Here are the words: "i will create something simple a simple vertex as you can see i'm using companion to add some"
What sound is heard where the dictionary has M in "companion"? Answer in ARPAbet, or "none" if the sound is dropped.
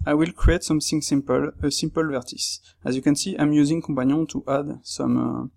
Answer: none